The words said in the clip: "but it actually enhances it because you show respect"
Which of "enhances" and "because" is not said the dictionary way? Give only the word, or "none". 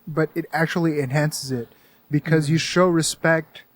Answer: none